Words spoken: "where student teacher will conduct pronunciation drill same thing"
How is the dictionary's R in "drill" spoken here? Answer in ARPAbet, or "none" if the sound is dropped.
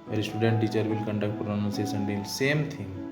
none